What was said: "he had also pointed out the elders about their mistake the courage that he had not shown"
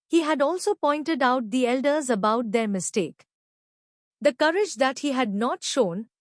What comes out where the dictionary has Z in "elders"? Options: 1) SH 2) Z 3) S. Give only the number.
2